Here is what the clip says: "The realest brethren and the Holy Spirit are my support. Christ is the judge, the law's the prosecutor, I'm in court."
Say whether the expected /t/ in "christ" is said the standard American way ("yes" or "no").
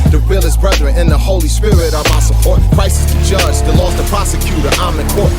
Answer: no